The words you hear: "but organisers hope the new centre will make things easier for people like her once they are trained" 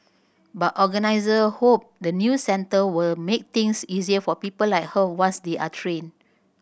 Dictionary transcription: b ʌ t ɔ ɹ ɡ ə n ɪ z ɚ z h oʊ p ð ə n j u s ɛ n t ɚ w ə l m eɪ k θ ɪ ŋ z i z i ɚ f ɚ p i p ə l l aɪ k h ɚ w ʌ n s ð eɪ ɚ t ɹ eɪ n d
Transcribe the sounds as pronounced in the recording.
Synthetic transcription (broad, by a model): b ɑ t ɔ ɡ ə n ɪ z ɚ h oʊ p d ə n j u s ɛ n t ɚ w ə l m eɪ k t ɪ ŋ s i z i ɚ f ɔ p i p ə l l aɪ k h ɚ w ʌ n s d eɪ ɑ t ɹ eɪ n